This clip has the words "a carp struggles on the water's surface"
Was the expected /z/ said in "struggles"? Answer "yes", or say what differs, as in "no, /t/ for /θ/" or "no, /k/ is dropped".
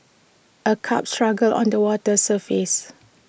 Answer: no, /z/ is dropped